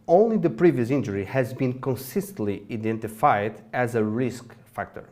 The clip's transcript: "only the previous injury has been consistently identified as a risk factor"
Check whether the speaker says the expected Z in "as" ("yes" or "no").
yes